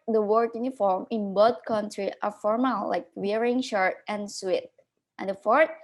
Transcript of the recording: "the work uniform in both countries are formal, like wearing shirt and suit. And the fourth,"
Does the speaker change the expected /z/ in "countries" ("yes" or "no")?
yes